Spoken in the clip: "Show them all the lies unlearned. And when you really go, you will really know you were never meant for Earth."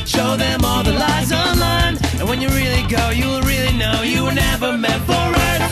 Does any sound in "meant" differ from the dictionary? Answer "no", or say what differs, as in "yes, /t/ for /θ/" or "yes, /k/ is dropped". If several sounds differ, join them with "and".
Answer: yes, /n/ is dropped